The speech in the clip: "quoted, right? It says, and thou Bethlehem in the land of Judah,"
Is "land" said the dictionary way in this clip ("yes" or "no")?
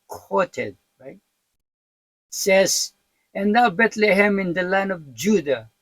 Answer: no